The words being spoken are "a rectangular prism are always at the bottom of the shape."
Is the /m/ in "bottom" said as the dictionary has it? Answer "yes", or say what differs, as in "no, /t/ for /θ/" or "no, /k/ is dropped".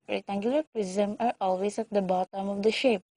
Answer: yes